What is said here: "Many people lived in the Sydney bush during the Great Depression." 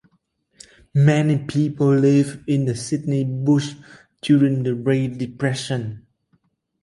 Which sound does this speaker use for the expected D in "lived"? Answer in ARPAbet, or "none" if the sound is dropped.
none